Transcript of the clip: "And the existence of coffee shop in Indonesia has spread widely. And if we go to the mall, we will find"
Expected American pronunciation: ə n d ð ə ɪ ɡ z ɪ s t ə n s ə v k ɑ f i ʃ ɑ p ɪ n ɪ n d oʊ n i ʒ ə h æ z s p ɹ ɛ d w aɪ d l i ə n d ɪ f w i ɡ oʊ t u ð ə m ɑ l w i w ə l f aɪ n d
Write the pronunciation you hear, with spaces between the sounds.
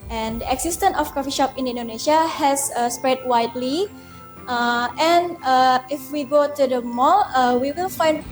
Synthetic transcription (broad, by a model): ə n d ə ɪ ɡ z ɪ s t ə n ə f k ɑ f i ʃ ɑ p ɪ n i n d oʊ n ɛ ʃ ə h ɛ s s p ɹ ɛ d w aɪ d l i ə n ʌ ɪ f w i ɡ oʊ t u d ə m ɑ l w i w ə l f aɪ n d